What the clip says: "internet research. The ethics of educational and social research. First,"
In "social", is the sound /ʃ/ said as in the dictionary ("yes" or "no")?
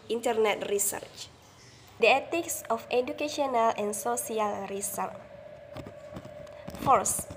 no